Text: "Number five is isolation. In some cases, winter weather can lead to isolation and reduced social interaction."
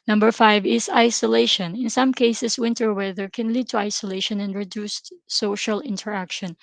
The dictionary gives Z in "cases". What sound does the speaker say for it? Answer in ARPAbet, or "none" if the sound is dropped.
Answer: S